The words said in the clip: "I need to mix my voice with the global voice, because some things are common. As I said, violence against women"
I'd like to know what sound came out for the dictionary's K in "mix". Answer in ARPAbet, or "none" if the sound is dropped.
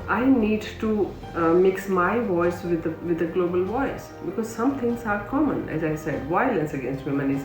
K